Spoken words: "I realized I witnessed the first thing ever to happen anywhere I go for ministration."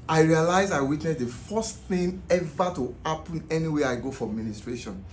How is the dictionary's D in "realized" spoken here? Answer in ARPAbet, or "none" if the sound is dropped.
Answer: none